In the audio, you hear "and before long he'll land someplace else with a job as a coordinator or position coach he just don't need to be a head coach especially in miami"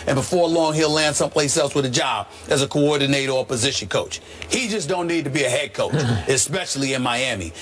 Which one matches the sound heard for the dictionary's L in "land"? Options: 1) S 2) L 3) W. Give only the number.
2